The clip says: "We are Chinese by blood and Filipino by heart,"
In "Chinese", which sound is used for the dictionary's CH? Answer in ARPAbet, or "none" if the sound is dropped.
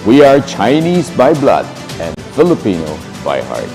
CH